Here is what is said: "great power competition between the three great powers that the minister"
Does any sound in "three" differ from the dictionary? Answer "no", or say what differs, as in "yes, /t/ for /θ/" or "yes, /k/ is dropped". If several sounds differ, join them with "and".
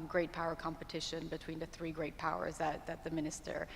no